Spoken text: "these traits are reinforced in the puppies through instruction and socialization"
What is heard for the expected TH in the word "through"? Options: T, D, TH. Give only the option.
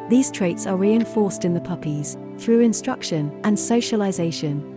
TH